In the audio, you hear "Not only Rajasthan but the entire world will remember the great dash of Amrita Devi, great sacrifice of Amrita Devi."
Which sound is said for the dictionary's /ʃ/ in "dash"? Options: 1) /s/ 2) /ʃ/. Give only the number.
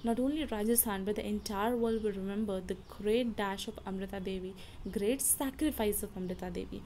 2